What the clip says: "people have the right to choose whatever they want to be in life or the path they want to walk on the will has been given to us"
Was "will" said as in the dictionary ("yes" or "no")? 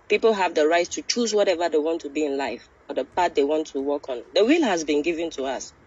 yes